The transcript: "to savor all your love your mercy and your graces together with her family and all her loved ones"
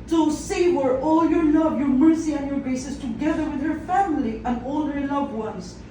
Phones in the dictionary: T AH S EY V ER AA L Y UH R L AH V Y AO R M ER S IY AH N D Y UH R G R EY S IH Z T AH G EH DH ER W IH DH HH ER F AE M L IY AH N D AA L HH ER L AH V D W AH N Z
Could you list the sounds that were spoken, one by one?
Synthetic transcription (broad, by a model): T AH S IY W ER AA L Y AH R L AH V Y AO R M ER S IY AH N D Y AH R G R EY S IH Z T AH G EH DH ER W IH DH HH ER F AE M L IY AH N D AA L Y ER L AH V D W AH N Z